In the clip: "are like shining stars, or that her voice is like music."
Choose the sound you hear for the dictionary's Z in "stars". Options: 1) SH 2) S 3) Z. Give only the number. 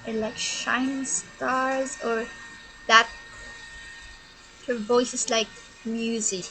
3